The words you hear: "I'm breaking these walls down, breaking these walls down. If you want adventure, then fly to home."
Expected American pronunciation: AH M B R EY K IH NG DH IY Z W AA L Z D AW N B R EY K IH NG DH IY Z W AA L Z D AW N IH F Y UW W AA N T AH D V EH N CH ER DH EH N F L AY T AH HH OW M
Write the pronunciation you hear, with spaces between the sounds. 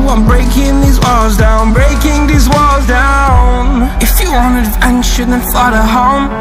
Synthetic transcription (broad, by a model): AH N B R EY K IH NG DH IY Z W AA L Z D AW N B R EY K IH NG DH IY Z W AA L Z D AW N IH F Y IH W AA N AH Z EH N SH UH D N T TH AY T AH HH OW M